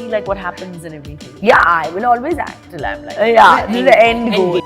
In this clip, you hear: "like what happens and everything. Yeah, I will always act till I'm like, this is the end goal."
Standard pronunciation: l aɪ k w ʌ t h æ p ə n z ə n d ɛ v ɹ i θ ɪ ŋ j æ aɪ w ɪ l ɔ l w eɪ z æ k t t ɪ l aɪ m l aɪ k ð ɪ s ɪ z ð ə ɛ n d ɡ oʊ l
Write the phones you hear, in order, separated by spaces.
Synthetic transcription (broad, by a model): l aɪ k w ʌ t h æ p ə n z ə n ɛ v ɹ i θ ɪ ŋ j æ aɪ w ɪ l ɔ l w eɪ z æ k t t ɪ l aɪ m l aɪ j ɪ ɪ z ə ɛ n d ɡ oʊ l